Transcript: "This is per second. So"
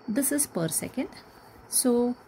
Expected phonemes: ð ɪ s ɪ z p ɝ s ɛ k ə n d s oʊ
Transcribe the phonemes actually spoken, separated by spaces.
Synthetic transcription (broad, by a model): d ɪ s ɪ z p ɝ s ɛ k ə n d s oʊ